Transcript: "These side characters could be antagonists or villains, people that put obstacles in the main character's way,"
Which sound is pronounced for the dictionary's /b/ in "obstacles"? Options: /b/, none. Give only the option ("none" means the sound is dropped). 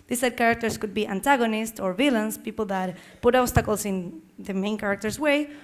none